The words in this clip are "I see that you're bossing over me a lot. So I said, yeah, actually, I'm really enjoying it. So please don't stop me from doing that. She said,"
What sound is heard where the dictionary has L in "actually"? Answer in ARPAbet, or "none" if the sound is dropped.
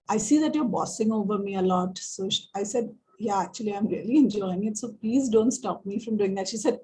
L